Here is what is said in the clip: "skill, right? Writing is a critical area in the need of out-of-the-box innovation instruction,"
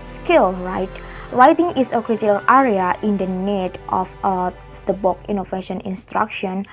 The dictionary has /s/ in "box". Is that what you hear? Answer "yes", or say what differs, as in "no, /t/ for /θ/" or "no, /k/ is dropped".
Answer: no, /s/ is dropped